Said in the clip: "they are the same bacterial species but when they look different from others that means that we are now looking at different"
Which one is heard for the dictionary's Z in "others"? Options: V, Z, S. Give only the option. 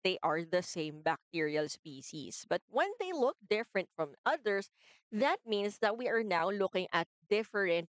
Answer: S